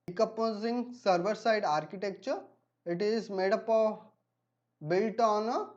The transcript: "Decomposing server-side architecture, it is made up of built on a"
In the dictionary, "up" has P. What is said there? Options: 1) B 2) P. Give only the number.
2